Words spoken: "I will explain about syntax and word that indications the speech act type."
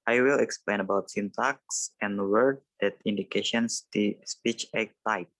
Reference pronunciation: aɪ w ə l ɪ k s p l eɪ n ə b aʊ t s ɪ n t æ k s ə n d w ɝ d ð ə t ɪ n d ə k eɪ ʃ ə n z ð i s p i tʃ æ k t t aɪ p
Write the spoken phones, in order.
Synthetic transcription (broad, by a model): aɪ w ə l ɪ k s p l eɪ n ə b aʊ t s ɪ n t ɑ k s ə n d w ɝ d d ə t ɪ n d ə k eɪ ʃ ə n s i s p i tʃ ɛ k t t aɪ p